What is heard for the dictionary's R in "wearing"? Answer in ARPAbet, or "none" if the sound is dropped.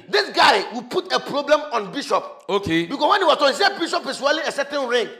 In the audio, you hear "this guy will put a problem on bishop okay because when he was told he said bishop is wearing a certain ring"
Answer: L